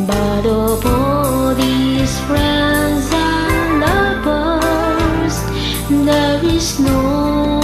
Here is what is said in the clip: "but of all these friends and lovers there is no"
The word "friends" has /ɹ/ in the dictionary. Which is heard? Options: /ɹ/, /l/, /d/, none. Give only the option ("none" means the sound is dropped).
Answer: /ɹ/